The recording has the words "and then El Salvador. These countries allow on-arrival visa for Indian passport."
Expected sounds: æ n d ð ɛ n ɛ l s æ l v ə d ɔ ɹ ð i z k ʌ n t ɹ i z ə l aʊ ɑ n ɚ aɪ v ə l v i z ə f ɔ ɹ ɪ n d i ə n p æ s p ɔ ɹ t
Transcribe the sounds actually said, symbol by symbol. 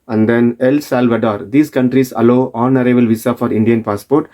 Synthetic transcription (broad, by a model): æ n d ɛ n ɛ l s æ l v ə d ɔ ɹ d i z k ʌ n t ɹ i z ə l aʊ ɑ n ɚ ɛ b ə l v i s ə f ɔ ɹ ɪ n d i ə n p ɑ s p ɔ ɹ t